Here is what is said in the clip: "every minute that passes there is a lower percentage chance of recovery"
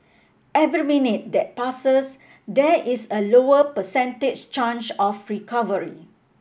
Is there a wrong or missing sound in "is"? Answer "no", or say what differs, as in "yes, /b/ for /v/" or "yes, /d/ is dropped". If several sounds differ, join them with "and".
yes, /s/ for /z/